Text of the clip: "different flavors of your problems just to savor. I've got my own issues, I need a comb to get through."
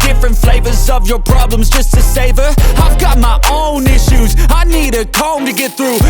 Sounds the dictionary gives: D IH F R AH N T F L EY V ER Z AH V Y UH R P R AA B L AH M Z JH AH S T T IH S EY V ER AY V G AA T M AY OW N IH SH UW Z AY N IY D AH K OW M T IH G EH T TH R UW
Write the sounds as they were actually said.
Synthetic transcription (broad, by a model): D IH F R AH N T F L EY V ER Z AH V Y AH R P R AA B L AH M Z JH AH S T T IH S EY V ER AY V G AA T M AY OW N IH SH UW Z AY N IY D AH K OW M T IH G EH T TH R UW